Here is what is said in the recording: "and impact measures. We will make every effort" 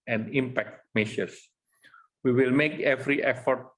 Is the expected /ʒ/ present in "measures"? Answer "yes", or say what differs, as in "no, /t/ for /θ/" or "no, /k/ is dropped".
no, /ʃ/ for /ʒ/